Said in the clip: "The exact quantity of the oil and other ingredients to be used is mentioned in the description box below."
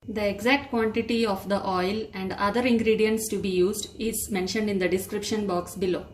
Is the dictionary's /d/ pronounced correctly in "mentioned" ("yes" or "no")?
yes